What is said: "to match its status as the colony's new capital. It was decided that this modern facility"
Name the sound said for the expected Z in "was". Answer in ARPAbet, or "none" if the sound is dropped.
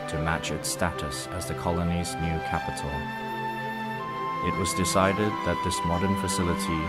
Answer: Z